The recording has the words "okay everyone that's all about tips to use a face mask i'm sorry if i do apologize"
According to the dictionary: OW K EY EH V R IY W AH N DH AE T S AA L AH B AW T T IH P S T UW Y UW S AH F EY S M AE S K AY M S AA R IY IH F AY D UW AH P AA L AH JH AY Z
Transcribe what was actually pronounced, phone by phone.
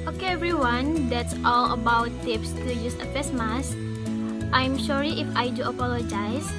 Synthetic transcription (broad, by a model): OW K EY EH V R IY W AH N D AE T S AA L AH B AW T T IH P S T UW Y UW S AH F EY S M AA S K AY M SH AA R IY IH F AY D UW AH P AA L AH JH AY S